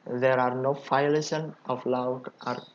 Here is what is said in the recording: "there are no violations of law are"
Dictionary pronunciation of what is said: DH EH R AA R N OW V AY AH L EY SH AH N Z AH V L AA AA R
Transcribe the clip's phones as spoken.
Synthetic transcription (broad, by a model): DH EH R AA R N OW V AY L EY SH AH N AH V L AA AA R